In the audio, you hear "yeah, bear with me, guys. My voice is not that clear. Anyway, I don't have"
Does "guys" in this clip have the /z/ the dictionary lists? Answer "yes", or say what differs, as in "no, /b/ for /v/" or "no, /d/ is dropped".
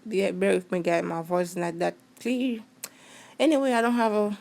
no, /z/ is dropped